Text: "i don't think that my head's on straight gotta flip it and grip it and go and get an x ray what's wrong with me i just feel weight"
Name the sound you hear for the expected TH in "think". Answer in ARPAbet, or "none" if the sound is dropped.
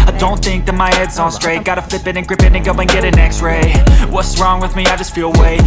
TH